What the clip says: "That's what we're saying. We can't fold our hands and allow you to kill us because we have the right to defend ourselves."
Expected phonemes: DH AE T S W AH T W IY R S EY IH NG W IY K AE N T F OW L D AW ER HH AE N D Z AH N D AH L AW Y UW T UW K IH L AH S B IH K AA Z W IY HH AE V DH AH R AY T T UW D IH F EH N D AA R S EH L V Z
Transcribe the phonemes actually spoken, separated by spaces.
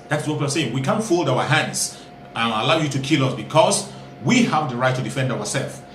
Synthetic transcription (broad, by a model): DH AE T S W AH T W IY L S EY IH NG W IY K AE N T F OW L D AW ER HH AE N D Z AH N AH L AW Y UW T UW K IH L AH S B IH K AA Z W IY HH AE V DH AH R AY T T UW D IH F EH N D AA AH S EH L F